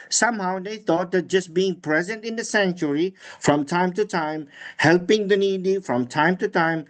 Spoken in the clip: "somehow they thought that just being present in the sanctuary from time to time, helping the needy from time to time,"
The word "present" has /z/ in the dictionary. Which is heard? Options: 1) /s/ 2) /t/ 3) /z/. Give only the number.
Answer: 3